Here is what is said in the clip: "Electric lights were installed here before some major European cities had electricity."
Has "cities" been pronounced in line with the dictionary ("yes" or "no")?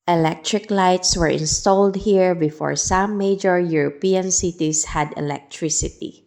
no